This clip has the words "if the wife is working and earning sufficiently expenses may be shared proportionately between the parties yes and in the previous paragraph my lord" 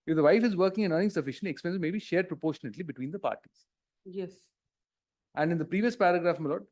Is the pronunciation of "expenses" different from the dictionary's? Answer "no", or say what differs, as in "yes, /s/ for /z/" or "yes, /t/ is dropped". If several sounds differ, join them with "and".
yes, /z/ is dropped